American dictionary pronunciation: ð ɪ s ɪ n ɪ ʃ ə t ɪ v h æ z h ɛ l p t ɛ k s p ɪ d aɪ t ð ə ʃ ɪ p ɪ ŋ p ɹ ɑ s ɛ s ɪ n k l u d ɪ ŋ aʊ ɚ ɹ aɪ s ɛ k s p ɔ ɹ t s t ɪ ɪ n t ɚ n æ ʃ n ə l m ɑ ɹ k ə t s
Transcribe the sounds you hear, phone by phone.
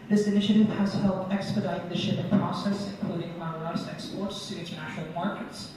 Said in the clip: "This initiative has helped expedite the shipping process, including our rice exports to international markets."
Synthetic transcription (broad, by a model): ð ɪ s ɪ n ɪ ʃ ə t ɪ v h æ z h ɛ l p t ɛ k s p ɪ d aɪ t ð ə ʃ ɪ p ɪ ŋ p ɹ ɑ s ɛ s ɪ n k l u d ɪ ŋ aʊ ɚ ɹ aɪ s ɛ k s p ɔ ɹ t s t ɪ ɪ n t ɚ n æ ʃ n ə l m ɑ ɹ k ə t s